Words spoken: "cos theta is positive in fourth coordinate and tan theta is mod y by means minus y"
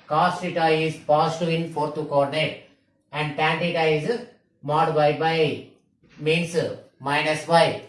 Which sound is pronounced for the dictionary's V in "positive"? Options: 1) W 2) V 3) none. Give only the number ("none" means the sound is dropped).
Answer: 3